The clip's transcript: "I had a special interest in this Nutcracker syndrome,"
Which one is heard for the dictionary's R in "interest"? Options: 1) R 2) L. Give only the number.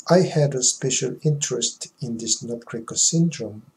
1